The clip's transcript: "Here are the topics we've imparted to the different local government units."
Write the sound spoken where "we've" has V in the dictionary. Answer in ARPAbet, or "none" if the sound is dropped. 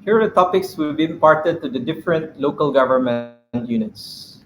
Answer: B